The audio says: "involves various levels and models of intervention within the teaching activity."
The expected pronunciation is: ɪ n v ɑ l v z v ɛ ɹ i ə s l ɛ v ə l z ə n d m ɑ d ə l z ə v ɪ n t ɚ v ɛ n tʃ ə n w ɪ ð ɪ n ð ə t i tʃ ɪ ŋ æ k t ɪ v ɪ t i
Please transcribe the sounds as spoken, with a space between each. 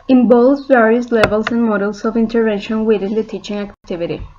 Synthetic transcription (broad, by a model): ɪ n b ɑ l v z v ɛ ɹ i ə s l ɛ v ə l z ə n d m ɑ d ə l s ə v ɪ n t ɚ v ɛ n ʃ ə n w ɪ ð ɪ n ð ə t i tʃ ɪ ŋ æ k t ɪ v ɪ t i